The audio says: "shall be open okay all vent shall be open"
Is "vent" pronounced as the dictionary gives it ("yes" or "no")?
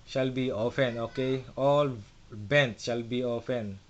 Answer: no